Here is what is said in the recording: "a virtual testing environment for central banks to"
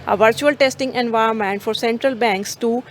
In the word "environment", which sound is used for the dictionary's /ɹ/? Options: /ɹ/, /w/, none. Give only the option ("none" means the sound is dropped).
none